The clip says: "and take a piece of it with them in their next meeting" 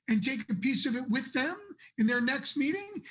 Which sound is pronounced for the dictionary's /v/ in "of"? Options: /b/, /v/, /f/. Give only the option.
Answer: /v/